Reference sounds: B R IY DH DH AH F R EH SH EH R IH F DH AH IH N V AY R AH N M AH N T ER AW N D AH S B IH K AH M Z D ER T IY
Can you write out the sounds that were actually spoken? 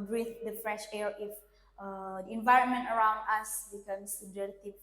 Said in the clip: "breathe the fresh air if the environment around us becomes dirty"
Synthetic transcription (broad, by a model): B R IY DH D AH F R EH SH EH R IH F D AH IH N V AY R AH N M AH N T ER AW N D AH S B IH K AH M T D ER T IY